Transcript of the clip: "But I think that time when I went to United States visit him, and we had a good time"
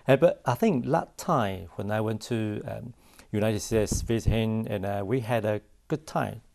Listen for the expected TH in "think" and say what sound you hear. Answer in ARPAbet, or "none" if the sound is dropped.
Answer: TH